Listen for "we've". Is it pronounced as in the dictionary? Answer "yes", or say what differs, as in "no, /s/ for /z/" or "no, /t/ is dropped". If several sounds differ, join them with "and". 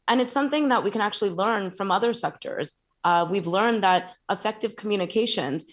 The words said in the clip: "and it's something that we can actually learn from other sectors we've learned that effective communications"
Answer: yes